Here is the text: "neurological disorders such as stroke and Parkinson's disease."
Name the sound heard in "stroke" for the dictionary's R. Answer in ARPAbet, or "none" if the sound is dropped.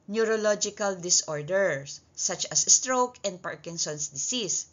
R